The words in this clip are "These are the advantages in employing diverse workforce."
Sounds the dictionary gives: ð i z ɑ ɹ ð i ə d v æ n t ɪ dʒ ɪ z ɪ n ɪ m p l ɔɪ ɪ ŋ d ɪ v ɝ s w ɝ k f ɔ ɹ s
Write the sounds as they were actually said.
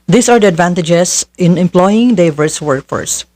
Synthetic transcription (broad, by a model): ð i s ɑ ɹ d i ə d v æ n t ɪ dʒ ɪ s ɪ n ɪ m p l ɔɪ ɪ ŋ d ɪ v ɝ s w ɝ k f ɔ ɹ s